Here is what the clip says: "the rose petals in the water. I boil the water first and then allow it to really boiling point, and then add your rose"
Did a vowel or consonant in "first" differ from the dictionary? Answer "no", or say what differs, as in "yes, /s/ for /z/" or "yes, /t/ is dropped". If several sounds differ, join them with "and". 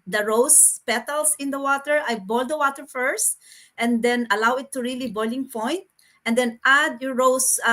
no